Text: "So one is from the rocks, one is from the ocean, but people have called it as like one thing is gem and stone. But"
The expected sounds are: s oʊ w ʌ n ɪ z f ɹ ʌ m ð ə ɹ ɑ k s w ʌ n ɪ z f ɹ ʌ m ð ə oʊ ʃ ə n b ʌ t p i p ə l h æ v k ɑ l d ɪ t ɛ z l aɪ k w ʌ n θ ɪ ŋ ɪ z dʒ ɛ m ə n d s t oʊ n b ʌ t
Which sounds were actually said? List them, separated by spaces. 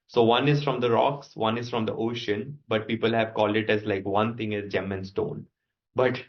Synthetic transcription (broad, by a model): s oʊ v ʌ n ɪ z f ɹ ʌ m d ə ɹ ɑ k s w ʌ n ɪ z f ɹ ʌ m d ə oʊ ʃ ə n b ʌ t p i p ə l h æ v k ɑ l d ɪ t ɛ z l aɪ k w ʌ n t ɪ ŋ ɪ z dʒ ɛ m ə n s t oʊ n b ʌ t